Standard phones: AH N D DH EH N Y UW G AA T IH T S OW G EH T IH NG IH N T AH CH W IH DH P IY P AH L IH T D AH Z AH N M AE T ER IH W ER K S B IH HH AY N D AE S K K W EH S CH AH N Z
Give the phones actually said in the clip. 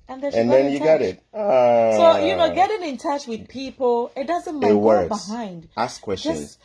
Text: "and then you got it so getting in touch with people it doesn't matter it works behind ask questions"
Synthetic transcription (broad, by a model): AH N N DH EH N Y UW G AA T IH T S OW G EH T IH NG IH N T AH CH W IH DH P IY P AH L IH T D AH Z AH N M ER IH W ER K B IH HH AY N D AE S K K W EH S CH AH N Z